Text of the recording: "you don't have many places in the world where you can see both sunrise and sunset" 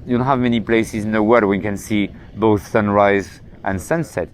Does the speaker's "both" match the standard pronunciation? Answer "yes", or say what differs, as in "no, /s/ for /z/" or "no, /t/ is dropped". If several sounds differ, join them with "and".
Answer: yes